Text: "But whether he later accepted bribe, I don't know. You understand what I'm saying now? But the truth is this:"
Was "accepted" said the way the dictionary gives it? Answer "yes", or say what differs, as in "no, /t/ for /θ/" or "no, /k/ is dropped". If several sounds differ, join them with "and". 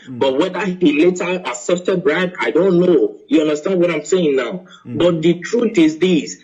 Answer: no, /k/ is dropped